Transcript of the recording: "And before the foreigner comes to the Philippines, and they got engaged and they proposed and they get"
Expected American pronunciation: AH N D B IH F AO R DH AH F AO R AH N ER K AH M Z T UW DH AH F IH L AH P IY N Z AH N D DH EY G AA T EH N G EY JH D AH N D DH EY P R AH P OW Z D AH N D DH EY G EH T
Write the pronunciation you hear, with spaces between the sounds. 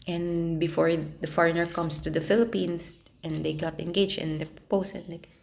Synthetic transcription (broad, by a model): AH N B IH F AO R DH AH F AO R AH N ER K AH M S T UW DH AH F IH L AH P IY N S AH N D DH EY G AA T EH N G EY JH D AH N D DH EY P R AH P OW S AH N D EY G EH